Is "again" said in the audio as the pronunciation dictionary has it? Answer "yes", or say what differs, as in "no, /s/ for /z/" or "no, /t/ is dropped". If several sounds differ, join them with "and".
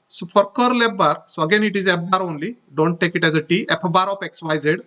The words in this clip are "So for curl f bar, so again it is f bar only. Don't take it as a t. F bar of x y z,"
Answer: yes